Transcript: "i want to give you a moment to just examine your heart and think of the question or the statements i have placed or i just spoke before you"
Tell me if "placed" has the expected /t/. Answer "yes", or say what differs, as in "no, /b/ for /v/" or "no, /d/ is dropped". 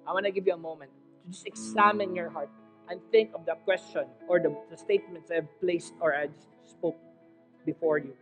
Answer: yes